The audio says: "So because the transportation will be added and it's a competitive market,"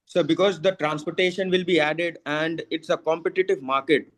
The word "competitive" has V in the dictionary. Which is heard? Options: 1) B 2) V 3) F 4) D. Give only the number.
2